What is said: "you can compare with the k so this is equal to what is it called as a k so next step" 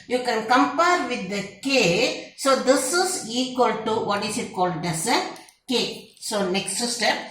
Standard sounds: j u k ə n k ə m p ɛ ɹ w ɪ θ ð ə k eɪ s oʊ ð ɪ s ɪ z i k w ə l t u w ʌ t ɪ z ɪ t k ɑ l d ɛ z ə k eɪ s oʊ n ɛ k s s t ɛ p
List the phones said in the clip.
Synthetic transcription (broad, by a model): j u k ə n k ə m p ɛ ɹ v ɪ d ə k eɪ s oʊ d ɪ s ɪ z i k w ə l t u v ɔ t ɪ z ɪ t k ɑ l d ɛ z ə k eɪ s oʊ n ɛ k s s t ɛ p